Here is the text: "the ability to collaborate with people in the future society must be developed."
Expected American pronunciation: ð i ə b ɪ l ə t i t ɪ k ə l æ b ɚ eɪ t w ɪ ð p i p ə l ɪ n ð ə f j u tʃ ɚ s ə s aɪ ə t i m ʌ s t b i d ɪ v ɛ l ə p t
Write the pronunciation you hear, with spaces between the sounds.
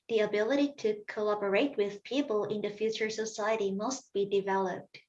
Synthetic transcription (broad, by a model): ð i ə b ɪ l ə t i t ɪ k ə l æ b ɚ eɪ t w ɪ ð p i p ə l ɪ n ð ə f j u tʃ ɚ s ə s aɪ ə t i m ʌ s t b i d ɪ v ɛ l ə p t